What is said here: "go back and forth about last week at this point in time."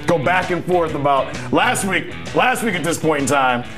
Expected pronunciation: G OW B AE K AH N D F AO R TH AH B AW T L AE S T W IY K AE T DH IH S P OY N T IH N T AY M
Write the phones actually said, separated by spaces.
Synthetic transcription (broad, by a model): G OW B AE K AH N F AO R TH AH B AW T L AE S T W IY K AE T DH IH S P OY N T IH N T AY M